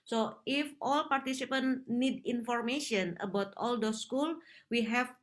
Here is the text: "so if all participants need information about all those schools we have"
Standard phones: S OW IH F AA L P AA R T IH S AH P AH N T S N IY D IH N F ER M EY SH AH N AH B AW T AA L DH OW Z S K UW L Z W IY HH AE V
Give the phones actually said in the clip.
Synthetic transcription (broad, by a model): S OW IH F AA L P AA R T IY S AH P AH N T N IY D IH N F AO M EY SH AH N AH B AW T AA L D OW S K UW L W IY HH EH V